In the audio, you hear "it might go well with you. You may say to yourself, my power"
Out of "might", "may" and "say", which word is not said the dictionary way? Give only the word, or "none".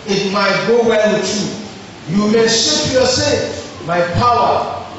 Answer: say